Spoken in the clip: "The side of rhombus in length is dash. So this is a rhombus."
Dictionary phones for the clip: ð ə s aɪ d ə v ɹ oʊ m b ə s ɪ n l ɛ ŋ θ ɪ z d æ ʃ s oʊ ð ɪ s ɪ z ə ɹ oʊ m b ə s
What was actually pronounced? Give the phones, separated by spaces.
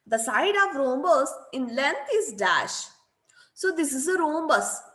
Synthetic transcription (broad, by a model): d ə s aɪ d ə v ɹ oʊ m b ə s ɪ n l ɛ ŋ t ɪ z d æ ʃ s oʊ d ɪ s ɪ z ə ɹ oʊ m b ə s